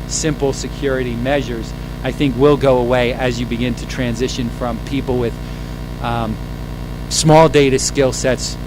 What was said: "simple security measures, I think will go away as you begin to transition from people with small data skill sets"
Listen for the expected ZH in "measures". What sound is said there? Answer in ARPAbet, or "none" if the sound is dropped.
ZH